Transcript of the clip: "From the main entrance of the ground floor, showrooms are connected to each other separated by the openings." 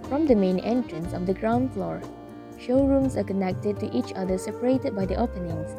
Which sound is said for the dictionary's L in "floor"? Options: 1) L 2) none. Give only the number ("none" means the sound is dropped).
1